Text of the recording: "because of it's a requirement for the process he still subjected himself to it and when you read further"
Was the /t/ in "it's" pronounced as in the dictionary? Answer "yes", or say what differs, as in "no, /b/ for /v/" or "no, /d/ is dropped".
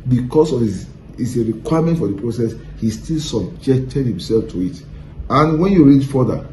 no, /s/ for /t/